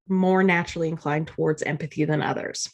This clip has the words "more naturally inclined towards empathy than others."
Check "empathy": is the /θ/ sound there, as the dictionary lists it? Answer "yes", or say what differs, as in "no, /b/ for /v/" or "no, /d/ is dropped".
yes